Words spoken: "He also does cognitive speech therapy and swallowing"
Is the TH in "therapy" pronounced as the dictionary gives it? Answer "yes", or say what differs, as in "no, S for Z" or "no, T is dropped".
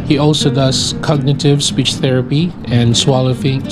yes